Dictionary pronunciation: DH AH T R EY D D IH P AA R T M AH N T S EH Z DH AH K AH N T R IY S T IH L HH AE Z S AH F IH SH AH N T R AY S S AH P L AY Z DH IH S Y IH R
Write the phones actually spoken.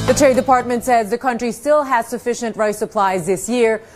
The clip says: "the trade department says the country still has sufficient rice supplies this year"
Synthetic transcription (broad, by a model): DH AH T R EY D D IH P AA R T M AH N T S EH Z DH AH K AH N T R IY S T IH L HH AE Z S AH F IH SH AH N T R AY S S AH P L AY Z DH IH S Y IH R